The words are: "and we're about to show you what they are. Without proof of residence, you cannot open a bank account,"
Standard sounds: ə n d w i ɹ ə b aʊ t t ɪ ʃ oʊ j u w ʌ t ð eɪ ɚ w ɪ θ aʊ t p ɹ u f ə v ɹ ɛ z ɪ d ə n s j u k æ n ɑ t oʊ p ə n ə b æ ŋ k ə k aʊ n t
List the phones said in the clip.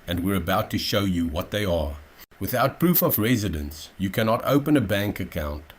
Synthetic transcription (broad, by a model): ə n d w i ɹ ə b aʊ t t ɪ ʃ oʊ j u w ʌ t ð eɪ ɚ w ɪ θ aʊ t p ɹ u f ə v ɹ ɛ z ɪ d ə n s j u k æ n ɑ t oʊ p ə n ə b æ ŋ k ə k aʊ n t